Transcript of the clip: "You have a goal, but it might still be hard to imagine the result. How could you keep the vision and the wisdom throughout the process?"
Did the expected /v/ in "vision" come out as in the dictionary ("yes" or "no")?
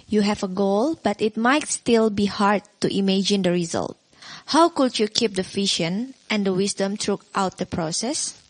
no